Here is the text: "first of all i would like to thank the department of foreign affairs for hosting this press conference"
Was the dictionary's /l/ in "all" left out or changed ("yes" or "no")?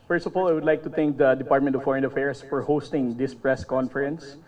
no